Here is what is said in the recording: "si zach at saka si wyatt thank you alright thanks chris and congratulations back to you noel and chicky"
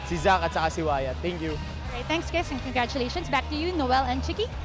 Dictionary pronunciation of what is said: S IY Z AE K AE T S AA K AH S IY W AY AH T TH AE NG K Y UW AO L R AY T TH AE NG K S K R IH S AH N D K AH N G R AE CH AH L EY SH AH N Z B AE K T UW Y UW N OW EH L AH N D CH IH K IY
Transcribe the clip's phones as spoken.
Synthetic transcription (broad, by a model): S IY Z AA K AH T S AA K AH S IY W AY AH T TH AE NG K Y UW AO R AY T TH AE NG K S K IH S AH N K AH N G R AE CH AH L EY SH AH N S B AE K T UW Y UW N OW EH L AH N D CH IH K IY